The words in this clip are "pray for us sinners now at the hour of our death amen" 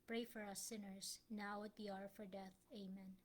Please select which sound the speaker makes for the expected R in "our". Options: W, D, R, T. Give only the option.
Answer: R